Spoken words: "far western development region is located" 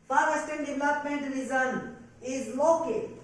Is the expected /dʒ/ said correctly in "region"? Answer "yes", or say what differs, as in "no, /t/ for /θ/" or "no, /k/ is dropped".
no, /z/ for /dʒ/